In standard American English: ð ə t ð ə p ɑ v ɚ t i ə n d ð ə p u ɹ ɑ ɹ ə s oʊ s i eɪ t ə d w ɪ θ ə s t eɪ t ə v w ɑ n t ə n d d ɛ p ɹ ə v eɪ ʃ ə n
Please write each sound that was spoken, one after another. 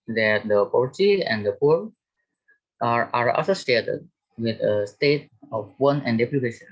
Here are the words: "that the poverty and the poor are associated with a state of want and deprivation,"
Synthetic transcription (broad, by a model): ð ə t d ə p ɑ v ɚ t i ə n d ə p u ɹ ɑ ɹ ə s oʊ s i eɪ t ə d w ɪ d ə s t eɪ t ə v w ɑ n ə n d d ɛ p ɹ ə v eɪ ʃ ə n